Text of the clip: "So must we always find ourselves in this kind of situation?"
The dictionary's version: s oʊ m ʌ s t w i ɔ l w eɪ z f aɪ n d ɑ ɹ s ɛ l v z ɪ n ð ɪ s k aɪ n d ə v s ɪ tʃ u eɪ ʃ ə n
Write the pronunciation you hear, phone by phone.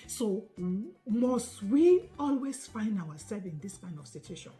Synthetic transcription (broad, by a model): s oʊ m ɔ s t w i ɔ l w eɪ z f aɪ n d ɑ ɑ s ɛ v ɪ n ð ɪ s k aɪ n d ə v s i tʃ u eɪ ʃ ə n